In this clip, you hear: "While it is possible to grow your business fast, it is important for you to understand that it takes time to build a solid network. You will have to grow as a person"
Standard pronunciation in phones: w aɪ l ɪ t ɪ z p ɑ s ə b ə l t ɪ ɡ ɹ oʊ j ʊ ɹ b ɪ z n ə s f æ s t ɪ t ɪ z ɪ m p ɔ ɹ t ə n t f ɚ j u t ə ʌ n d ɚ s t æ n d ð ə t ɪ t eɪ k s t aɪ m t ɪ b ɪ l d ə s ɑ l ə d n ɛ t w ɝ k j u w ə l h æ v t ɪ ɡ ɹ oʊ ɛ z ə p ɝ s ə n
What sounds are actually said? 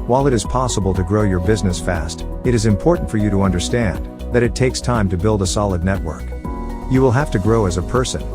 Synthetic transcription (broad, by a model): w aɪ l ɪ t ɪ z p ɑ s ə b ə l t ɪ ɡ ɹ oʊ j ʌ ɹ b ɪ z n ə s f æ s t ɪ t ɪ z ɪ m p ɔ ɹ t n t f ɚ j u t ə ʌ n d ɚ s t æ n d ð ə t ɪ t eɪ k s t aɪ m t ɪ b ɪ l d ə s ɑ l ə d n ɛ t w ɝ k j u w ə l h æ f t ɪ ɡ ɹ oʊ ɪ z ə p ɝ s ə n